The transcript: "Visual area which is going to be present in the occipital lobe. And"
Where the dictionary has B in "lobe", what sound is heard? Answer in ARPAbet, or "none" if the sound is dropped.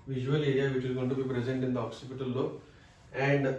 none